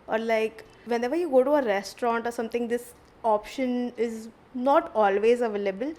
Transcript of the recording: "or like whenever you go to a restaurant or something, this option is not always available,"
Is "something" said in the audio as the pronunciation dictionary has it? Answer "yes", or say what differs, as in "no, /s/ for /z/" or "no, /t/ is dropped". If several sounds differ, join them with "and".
no, /t/ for /θ/